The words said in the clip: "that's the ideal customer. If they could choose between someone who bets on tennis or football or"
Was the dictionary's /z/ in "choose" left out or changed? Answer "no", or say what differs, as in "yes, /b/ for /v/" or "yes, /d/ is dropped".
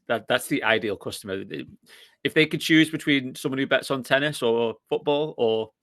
no